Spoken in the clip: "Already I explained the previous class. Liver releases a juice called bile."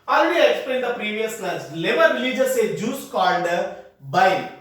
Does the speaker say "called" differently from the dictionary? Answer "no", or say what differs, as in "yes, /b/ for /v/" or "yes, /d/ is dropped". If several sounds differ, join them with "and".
yes, /n/ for /l/